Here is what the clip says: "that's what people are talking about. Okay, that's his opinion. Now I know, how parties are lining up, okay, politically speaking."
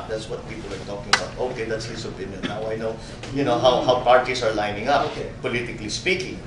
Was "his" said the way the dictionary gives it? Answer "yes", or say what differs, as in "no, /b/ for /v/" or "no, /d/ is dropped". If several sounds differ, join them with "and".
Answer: no, /s/ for /z/